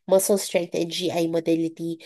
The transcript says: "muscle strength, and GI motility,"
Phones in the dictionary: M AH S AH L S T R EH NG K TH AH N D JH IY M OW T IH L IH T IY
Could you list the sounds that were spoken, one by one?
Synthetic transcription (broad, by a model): M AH S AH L S T R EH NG K T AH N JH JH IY M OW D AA L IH T IY